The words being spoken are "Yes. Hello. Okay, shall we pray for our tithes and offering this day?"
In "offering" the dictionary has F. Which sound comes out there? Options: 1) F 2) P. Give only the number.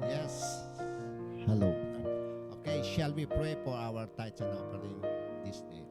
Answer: 2